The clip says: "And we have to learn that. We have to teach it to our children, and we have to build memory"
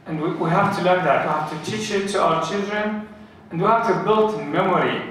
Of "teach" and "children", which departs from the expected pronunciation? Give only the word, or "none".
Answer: none